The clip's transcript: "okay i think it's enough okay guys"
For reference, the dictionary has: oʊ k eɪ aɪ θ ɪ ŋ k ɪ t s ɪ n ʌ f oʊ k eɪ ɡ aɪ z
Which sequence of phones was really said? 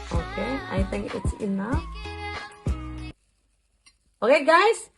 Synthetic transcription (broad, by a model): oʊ k eɪ aɪ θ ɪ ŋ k ɪ t s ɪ n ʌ oʊ k eɪ ɡ aɪ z